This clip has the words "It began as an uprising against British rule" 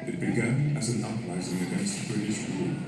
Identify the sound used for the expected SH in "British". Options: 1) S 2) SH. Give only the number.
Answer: 1